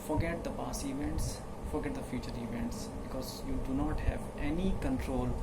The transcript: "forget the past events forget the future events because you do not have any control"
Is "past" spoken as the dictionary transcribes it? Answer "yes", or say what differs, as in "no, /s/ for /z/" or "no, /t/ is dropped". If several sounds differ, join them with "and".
no, /t/ is dropped